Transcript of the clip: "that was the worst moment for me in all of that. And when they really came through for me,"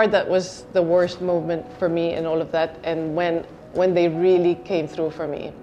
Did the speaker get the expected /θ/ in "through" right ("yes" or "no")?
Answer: yes